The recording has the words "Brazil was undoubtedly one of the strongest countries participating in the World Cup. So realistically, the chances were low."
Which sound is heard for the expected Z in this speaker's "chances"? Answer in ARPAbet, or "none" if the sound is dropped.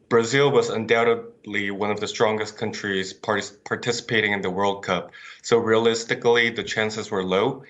Z